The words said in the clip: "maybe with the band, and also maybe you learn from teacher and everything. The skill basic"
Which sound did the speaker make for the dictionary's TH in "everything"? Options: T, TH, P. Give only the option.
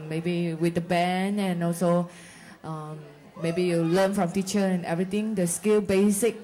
T